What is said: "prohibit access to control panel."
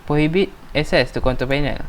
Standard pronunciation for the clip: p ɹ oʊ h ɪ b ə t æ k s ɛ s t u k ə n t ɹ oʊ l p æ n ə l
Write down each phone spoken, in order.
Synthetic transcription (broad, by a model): p ɹ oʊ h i b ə t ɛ s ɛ s t u k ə n t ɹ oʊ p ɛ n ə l